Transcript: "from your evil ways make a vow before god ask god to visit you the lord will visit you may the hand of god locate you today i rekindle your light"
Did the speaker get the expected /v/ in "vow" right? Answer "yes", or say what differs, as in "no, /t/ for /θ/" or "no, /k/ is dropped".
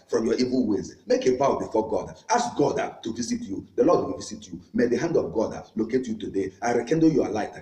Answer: no, /b/ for /v/